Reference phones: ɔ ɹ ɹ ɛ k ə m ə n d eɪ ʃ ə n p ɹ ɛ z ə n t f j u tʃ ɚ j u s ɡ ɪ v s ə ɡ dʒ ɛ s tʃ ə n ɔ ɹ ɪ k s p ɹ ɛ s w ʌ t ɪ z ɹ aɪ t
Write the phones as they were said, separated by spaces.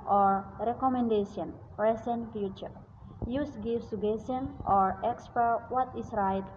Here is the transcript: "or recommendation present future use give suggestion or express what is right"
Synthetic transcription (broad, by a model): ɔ ɹ ɹ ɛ k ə m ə n d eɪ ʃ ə n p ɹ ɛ s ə n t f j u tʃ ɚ j u s ɡ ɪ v s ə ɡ ɛ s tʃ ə n ɔ ɹ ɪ k s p ɛ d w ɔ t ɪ s ɹ aɪ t